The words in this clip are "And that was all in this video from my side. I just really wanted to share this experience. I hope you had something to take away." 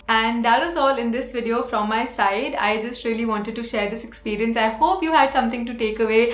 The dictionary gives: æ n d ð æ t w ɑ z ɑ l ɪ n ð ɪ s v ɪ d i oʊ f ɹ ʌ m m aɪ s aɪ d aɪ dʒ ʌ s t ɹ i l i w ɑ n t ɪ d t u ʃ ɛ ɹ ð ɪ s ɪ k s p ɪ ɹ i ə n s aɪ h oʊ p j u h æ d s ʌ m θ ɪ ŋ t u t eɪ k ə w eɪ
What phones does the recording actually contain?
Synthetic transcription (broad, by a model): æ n d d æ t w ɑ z ɑ l ɪ n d ɪ s v ɪ d i oʊ f ɹ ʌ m m aɪ s aɪ d aɪ dʒ ʌ s t ɹ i l i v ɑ n t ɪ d t u ʃ ɛ ɹ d ɪ s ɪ k s p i ɹ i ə n s aɪ h oʊ p j u h æ d s ʌ m t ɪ ŋ t u t eɪ k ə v eɪ